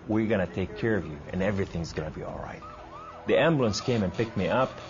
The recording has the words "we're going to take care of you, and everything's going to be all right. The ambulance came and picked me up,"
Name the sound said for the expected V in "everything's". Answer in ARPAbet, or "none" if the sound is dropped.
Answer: V